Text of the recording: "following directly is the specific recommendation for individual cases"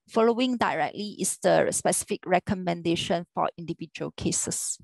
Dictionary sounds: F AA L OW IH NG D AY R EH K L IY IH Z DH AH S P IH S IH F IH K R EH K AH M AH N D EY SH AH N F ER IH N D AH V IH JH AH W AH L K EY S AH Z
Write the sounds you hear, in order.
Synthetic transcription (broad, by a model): F AA L OW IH NG D AY R EH K L IY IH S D AH S P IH S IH F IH K R EH K AH M AH N D EY SH AH N F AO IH N D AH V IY JH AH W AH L K EY S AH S